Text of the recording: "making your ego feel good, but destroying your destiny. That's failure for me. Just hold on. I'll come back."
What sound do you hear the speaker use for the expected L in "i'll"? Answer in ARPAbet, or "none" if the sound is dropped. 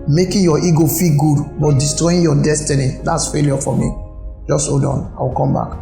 W